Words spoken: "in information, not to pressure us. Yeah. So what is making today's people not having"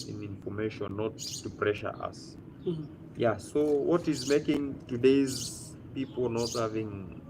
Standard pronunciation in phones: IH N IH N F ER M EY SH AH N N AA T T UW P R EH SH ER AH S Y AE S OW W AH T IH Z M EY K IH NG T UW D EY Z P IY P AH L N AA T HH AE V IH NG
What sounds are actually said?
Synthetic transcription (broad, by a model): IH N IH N F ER M EY SH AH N N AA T T UW P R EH SH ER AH S Y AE S OW W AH T IH Z M EY K IH NG T UW D EY Z P IY P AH L N AA T HH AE V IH NG